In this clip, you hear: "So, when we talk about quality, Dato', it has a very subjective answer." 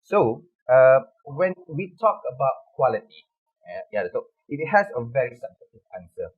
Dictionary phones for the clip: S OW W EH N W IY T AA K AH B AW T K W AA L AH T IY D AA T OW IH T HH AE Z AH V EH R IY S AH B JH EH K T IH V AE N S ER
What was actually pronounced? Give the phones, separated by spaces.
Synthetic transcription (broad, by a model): S OW W EH N W IY T AA K AH B AW T K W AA L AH T IY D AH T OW IH T HH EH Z AH V EH R IY S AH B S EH T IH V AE N S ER